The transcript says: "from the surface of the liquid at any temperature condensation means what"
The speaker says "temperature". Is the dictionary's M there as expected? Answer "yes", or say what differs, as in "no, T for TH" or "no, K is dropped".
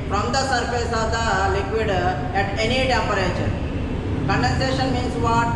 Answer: no, M is dropped